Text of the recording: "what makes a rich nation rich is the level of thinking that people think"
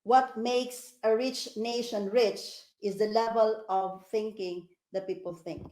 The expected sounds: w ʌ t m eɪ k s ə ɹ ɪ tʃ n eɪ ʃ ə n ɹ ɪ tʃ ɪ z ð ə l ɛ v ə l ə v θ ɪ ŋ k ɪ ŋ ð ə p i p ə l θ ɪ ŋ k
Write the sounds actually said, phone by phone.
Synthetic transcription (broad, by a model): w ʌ t m eɪ k s ə ɹ ɪ tʃ n eɪ ʃ ə n ɹ ɪ tʃ ɪ z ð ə l ɛ v ə l ə v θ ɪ ŋ k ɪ ŋ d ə p i p ə l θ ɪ ŋ k